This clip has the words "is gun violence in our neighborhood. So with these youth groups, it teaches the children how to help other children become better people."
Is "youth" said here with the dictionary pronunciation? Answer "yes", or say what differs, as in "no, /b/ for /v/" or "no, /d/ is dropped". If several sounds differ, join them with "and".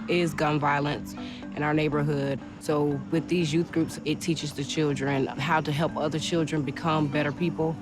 yes